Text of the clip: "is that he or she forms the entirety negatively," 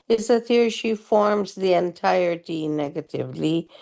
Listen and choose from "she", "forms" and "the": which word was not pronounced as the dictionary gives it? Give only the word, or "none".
none